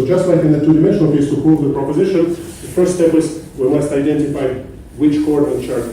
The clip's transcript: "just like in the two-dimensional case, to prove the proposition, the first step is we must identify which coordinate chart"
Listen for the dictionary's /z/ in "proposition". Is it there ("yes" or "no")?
yes